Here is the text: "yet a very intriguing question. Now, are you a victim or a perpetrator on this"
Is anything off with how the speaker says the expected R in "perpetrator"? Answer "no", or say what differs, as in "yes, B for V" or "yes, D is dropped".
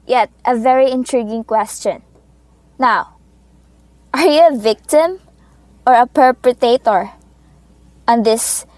yes, R is dropped